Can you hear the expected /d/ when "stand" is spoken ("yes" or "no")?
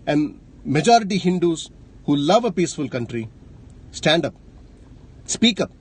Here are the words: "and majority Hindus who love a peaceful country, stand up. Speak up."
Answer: yes